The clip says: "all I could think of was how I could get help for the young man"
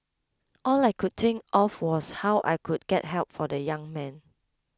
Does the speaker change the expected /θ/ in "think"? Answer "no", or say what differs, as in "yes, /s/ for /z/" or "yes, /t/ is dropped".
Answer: yes, /t/ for /θ/